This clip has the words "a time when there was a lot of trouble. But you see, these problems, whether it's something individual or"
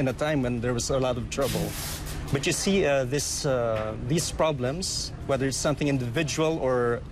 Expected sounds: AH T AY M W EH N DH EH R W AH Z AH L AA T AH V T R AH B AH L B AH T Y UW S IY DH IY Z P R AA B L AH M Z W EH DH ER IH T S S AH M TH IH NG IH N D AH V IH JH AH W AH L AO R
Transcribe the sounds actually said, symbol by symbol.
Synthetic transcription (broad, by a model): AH T AY M W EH N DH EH R W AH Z AH L AA T AH V T R AH B AH L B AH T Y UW S IY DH IY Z P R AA B L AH M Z W EH DH ER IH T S S AH M TH IH NG IH N D AH V IH JH AH W AH L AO R